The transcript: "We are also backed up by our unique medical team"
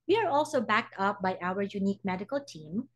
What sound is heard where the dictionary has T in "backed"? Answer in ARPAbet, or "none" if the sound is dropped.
T